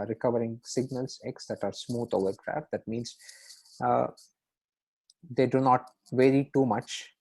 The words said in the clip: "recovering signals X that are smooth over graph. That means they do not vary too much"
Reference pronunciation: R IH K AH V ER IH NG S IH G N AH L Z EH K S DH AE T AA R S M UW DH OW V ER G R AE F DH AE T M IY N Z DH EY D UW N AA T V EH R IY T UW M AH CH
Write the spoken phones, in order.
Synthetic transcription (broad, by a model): R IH K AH V ER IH NG S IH G N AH L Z EH K S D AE T AA R S M UW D OW V ER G R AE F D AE T M IY N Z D EY D UW N AA T V EH R IY T UW M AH CH